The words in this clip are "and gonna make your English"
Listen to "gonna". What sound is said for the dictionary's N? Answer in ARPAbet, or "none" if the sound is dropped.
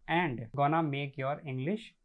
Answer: N